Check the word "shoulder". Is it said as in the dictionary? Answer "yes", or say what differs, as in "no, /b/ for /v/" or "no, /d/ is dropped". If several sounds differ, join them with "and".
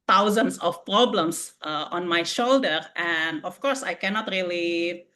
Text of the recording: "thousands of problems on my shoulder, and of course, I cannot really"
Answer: yes